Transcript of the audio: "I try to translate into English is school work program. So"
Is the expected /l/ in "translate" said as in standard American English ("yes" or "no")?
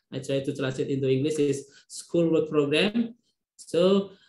no